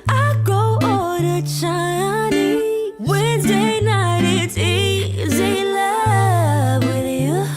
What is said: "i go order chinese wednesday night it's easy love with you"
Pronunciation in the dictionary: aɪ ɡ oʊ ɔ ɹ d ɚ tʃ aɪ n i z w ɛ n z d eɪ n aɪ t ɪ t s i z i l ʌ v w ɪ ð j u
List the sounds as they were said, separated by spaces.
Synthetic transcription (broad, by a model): aɪ ɡ oʊ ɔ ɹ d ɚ tʃ aɪ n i w ɛ n z d eɪ n aɪ t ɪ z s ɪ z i l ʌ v w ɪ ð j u